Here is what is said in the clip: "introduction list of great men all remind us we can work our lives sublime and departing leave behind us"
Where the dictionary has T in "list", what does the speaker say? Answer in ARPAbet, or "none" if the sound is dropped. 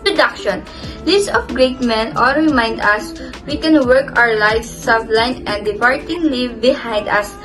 none